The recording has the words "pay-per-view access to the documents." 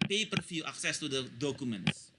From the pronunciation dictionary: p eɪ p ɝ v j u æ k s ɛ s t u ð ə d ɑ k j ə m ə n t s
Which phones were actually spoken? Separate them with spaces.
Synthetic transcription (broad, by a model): p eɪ p ɝ f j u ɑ k s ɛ s t u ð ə d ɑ k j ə m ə n t s